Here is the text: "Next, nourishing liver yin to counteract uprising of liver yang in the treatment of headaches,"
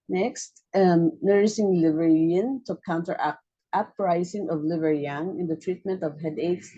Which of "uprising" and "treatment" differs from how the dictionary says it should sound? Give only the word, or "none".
uprising